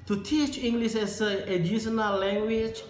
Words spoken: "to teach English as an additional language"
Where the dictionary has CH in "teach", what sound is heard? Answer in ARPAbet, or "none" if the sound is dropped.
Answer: CH